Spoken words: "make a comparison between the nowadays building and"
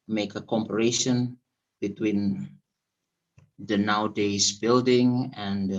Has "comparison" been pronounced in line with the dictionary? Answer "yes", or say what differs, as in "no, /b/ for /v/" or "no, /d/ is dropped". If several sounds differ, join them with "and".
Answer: no, /ʃ/ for /s/